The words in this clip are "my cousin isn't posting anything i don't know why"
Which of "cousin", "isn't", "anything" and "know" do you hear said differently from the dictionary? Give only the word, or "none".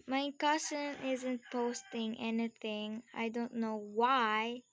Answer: cousin